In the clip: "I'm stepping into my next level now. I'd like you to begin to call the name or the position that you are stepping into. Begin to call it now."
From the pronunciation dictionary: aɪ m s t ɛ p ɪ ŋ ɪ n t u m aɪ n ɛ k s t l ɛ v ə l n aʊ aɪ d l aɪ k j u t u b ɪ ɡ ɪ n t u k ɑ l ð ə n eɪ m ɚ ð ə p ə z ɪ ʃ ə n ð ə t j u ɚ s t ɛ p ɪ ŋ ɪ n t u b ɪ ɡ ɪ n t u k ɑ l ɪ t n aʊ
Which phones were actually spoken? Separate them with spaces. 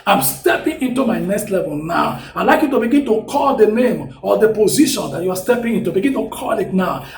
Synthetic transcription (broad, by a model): aɪ m s t ɛ p ɪ ŋ ɪ n t u m aɪ n ɛ k s t l ɛ v ə l n aʊ aɪ l aɪ k j u t u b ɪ ɡ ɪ n t u k ɑ l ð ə n eɪ m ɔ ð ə p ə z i ʃ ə n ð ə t j u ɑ s t ɛ p ɪ ŋ ɪ n t u b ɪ ɡ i n t u k ɑ l ɪ t n aʊ